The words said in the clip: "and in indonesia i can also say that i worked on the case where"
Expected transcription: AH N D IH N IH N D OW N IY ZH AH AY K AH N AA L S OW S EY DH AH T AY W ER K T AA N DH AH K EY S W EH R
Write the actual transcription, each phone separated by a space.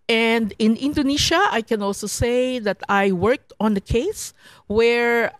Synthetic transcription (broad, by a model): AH N D IH N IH N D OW N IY SH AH AY K AH N AA L S OW S EY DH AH T AY W ER K T AA N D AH K EY S W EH R